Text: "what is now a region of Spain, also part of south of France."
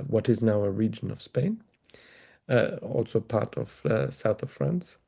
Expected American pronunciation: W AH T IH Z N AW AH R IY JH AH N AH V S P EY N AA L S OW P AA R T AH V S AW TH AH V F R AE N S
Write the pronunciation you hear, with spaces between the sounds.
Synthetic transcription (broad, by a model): W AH T IH Z N AW AH R IY JH AH N AH V S P EY N AA L S OW P AA R T AH V S AW TH AH V F R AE N S